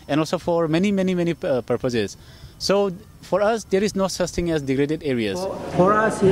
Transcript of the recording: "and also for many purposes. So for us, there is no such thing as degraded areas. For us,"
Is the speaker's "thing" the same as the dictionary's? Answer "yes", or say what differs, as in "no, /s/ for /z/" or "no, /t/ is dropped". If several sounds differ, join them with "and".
no, /t/ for /θ/